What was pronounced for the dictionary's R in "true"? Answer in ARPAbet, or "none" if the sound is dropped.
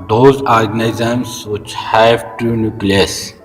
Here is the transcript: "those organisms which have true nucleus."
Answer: none